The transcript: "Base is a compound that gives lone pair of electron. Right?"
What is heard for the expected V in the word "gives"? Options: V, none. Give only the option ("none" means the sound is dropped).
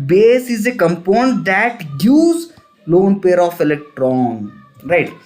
none